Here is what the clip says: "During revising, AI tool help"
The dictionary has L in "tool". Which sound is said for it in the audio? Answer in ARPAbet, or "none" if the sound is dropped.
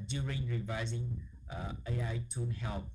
N